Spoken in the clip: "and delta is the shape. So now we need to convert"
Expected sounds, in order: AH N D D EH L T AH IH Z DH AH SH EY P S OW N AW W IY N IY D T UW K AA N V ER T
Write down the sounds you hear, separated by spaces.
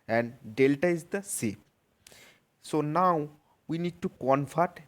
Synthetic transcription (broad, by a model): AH N D D EH L T AH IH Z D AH S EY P S OW N AW W IY N IY D T UW K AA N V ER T